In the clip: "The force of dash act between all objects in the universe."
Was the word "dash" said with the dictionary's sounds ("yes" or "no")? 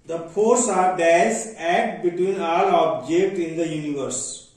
no